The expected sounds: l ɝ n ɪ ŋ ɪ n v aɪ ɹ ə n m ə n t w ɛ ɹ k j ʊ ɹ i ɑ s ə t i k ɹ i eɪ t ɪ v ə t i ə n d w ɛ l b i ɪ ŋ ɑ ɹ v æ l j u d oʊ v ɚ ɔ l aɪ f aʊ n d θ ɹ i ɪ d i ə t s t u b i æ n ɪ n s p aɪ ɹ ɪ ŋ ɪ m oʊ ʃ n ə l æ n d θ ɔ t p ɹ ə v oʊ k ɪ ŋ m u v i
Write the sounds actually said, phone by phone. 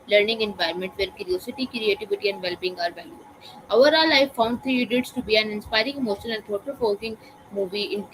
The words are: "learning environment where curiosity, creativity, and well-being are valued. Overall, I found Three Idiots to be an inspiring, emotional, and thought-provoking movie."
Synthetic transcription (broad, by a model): l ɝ n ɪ ŋ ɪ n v aɪ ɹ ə m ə n t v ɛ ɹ k j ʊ ɹ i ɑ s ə t i k ɹ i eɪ t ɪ v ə t i ə n d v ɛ l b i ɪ ŋ ɑ ɹ v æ l j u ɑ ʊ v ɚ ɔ l aɪ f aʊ n d t ɹ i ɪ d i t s t u b i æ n ɪ n s p aɪ ɹ ɪ ŋ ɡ m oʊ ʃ ə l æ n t ɔ t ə f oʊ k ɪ ŋ m u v i